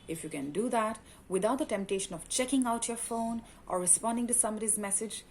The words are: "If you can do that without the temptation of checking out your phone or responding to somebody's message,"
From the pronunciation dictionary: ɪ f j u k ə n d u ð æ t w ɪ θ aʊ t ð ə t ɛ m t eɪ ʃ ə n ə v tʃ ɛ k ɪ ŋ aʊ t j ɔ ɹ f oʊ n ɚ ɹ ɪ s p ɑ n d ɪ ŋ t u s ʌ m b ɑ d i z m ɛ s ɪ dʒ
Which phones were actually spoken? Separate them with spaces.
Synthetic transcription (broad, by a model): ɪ f j u k ə n d u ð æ t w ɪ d aʊ t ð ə t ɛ m t eɪ ʃ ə n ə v tʃ ɛ k ɪ ŋ aʊ t j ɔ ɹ f oʊ n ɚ ɹ ɪ s p ɑ n d ɪ ŋ t u s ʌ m ʌ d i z m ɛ s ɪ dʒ